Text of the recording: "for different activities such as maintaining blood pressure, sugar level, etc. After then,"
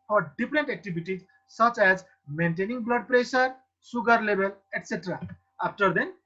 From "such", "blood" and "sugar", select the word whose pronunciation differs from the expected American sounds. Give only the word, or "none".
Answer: sugar